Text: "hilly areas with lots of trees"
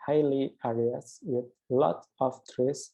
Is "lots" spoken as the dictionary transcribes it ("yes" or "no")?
no